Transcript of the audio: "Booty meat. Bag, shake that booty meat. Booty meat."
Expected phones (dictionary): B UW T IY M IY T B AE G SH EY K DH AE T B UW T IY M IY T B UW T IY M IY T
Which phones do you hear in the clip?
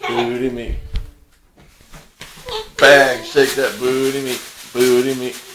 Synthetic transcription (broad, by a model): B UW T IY M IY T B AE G S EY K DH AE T B UW T IY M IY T B UW T IY M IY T